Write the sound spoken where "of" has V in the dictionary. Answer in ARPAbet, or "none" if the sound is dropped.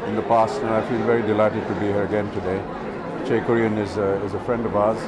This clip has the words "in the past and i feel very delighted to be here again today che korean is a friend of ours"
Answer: V